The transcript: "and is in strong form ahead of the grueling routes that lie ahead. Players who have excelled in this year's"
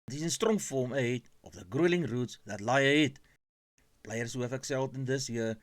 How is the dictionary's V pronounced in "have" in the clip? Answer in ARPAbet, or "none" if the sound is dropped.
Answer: F